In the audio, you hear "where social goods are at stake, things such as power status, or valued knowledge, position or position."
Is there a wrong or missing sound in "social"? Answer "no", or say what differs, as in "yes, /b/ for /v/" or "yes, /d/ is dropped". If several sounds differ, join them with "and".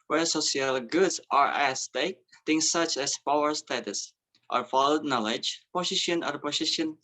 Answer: yes, /s/ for /ʃ/